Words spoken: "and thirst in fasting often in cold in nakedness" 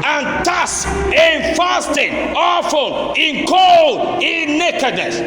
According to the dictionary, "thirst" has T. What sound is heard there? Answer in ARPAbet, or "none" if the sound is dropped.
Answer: none